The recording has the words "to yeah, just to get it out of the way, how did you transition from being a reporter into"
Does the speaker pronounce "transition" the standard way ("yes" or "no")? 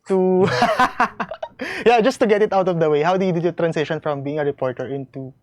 no